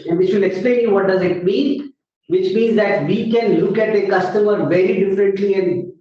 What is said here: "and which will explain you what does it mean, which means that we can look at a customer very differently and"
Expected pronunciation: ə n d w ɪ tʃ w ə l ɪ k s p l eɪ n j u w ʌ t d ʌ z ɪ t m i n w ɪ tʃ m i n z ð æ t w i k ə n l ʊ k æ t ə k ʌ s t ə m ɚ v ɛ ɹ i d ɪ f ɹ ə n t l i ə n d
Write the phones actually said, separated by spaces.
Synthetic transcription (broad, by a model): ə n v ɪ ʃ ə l ɪ k s p l eɪ n j u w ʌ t d ʌ z ɪ t m i n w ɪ tʃ m i n z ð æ t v i k ə n l ʊ k æ t ə k ʌ s t ə m ɚ v ɛ ɹ i d ɪ f ɹ ə n t l i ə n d